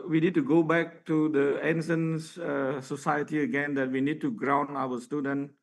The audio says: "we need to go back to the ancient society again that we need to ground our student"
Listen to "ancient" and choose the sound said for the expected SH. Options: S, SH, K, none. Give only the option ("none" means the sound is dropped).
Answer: S